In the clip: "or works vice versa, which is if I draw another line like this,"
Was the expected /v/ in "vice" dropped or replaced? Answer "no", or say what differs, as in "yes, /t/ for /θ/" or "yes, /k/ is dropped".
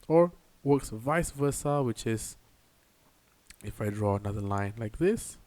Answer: no